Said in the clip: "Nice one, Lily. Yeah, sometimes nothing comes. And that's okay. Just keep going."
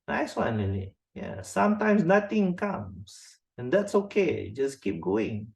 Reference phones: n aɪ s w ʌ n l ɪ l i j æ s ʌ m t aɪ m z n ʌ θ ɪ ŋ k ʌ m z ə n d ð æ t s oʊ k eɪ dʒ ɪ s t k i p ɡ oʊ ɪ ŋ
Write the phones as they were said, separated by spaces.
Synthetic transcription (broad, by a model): n aɪ s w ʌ n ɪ n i j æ s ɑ m t aɪ m s n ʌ t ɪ ŋ k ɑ m s ə n d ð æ t s oʊ k eɪ dʒ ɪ s k i p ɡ oʊ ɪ ŋ